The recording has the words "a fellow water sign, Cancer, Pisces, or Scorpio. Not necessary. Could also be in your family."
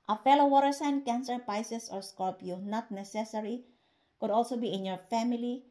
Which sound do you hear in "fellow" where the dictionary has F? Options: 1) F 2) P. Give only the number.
1